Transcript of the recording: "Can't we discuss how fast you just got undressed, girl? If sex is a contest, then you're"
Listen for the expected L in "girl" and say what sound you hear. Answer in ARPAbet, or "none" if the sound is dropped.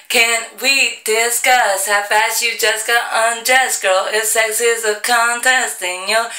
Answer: L